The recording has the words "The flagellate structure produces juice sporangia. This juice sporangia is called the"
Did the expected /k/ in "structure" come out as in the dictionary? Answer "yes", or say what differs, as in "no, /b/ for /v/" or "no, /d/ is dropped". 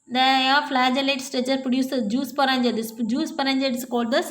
no, /k/ is dropped